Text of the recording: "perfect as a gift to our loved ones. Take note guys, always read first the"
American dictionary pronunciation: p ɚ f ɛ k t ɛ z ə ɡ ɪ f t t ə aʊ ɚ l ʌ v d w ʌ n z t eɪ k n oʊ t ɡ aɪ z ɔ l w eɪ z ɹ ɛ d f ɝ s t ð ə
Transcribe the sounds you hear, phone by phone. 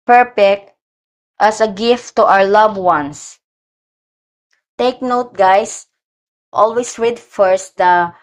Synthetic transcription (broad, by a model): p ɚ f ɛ k t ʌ s ə ɡ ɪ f t t aʊ ɚ l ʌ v w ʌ n s t eɪ k n oʊ t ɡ aɪ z ɔ l w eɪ s ɹ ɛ d f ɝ s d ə